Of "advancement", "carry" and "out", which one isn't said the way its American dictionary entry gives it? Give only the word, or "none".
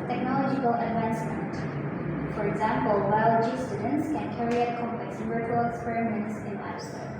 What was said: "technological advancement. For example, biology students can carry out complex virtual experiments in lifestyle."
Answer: none